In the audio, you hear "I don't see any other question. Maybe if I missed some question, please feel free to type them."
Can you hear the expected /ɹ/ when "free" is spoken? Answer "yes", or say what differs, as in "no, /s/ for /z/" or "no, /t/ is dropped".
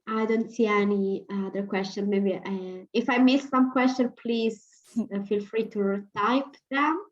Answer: yes